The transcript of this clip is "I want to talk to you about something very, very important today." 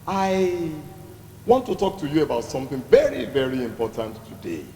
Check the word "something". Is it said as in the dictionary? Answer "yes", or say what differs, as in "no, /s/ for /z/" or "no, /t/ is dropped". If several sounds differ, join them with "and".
yes